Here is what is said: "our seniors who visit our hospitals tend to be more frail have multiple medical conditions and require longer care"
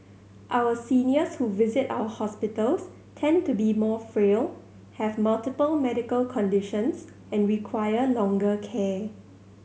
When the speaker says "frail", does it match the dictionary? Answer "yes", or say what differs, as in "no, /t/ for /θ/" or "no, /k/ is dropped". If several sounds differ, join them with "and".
yes